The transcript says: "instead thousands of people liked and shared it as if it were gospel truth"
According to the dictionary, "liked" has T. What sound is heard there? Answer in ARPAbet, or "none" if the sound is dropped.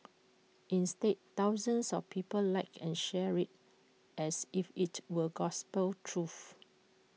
none